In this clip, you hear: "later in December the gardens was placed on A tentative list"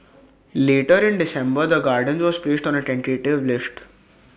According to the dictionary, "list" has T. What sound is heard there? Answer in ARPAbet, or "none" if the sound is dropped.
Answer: T